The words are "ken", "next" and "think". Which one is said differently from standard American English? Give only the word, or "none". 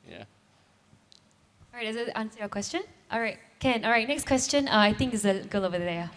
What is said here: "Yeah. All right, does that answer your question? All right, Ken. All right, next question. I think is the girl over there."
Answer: none